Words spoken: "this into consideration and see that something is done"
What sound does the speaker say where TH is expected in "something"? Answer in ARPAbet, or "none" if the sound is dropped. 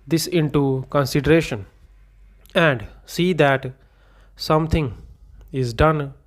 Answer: T